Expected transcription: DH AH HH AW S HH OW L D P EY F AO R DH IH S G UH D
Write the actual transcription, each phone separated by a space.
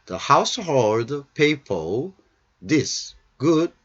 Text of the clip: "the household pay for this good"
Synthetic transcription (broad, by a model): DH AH HH AW S HH OW L D P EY P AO L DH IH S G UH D